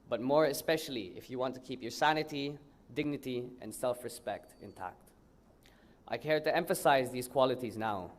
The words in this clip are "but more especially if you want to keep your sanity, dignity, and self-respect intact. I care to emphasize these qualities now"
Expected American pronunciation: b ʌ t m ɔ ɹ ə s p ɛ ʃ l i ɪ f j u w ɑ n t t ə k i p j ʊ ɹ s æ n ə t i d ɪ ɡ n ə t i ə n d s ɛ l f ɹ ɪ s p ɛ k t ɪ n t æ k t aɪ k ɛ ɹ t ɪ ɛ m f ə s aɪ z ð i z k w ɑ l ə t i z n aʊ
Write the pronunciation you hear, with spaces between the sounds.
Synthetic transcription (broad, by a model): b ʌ t m ɔ ɹ ə s p ɛ ʃ l i ɪ f j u w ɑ n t t ə k i p j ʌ ɹ s æ n ə t i d ɪ ɡ n ə t i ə n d s ɛ l f ɹ ɪ s p ɛ k t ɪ n t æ k t aɪ k ɛ ɹ t ɪ ɛ m f ə s aɪ z ð i z k w ɑ l ə t i z n aʊ